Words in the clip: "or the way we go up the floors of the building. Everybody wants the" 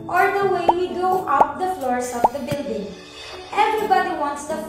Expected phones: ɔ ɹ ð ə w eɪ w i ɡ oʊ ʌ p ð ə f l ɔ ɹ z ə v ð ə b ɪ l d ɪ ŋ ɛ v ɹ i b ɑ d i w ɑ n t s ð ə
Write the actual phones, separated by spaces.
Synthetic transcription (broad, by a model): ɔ ɹ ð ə w eɪ w i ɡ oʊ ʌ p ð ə f l ɔ ɹ s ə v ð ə b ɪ l d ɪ ŋ ɛ v ɹ i b ɑ d i w ɑ n t s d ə